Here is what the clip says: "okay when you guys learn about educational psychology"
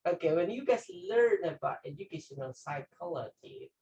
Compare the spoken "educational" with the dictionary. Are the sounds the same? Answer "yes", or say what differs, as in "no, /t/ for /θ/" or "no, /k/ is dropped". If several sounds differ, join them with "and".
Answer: no, /n/ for /l/